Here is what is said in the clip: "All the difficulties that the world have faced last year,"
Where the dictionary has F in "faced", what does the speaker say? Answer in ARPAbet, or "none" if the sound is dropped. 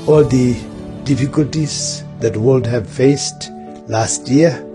F